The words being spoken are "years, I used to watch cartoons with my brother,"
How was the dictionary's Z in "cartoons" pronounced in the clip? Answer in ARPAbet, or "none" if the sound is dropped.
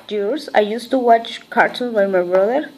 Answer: none